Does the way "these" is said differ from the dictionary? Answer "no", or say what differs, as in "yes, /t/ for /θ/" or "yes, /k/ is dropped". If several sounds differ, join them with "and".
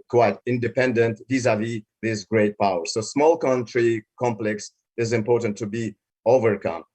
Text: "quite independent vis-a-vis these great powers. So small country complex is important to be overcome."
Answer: yes, /s/ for /z/